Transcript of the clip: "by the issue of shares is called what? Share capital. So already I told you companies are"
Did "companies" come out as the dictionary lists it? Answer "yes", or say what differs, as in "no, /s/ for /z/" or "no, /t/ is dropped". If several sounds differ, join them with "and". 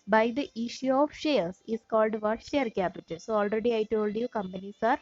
no, /s/ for /z/